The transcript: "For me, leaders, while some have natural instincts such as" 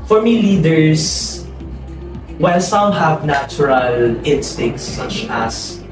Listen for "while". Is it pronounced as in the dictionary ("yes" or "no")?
no